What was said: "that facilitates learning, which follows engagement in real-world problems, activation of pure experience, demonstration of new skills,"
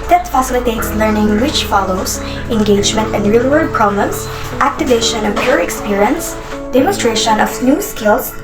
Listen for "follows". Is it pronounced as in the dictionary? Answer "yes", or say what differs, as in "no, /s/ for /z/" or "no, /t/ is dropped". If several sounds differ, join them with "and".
no, /s/ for /z/